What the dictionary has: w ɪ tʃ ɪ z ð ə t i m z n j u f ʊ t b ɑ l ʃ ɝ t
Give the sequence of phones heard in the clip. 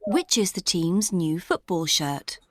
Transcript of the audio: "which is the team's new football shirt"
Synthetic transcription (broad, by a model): w ɪ tʃ ɪ z ð ə t i m z n j u f ʊ t b ɑ l ʃ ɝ t